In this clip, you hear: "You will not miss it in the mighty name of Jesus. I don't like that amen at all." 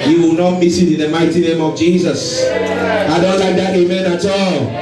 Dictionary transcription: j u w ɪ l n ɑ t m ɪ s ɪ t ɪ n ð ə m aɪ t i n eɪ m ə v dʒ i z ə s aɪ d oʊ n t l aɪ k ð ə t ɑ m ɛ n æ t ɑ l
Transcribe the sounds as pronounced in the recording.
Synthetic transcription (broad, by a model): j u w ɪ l n ɑ t m ɪ s ɪ t ɪ n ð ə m aɪ t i n eɪ m ə v dʒ i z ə s aɪ d oʊ n t l aɪ k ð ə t ɑ m ɛ n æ t ɑ l